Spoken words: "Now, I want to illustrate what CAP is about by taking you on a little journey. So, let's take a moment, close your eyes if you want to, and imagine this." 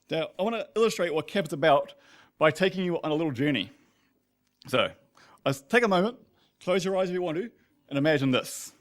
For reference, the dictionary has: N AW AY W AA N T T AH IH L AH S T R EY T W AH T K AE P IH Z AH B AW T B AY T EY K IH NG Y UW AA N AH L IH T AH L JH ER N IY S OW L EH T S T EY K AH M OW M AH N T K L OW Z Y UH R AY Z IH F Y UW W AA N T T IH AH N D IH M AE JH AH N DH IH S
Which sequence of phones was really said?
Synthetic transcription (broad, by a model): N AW AY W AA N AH IH L AH S T R EY T W AH T K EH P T AH B AW T B AY T EY K IH NG Y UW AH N AH L IH T L JH ER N IY S OW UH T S T EY K AH M OW M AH N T K L OW Z Y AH R AY Z IH F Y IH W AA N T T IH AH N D IH M AE JH AH N DH IH S